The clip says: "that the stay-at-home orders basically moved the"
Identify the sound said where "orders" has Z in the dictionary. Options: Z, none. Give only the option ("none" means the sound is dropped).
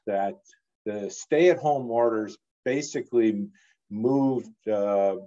Z